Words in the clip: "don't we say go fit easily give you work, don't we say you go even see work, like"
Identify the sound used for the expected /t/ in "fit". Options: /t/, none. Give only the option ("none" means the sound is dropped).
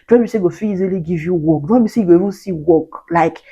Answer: none